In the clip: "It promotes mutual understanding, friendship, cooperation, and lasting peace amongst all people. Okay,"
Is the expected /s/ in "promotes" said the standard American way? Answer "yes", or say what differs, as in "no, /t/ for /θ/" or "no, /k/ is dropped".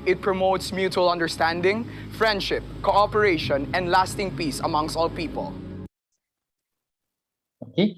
yes